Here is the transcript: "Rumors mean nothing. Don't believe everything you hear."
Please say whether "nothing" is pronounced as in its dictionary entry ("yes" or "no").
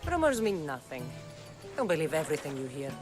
yes